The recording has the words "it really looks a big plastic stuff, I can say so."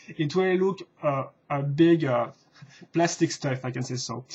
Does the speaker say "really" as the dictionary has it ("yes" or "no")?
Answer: no